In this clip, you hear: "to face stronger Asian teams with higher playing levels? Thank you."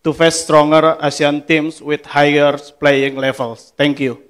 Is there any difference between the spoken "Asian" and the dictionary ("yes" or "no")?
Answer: yes